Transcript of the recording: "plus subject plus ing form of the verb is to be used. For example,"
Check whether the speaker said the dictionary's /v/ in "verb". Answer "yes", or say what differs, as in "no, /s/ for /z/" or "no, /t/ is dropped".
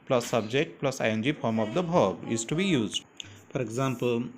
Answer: no, /b/ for /v/